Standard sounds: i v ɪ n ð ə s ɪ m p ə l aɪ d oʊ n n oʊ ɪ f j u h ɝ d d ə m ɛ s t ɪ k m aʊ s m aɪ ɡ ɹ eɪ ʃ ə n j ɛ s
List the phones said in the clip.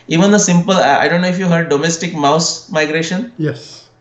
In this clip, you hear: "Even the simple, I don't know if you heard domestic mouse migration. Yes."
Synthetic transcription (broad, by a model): i v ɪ n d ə s ɪ m p ə l aɪ d oʊ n n oʊ ɪ f j u h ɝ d d ə m ɛ s t ɪ k m aʊ s m aɪ ɡ ɹ eɪ ʃ ə n j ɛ s